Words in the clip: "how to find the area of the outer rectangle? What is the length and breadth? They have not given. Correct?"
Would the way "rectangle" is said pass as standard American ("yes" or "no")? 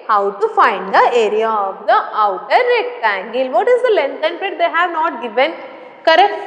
yes